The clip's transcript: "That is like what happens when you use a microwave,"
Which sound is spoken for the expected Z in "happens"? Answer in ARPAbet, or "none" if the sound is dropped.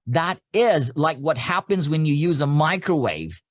Z